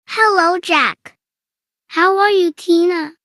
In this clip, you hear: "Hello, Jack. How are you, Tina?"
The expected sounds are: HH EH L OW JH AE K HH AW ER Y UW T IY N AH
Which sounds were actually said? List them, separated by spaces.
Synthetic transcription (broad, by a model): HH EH L OW CH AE K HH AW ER Y UW T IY N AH